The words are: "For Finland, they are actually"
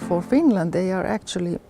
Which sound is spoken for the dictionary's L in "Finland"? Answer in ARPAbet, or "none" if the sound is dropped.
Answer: L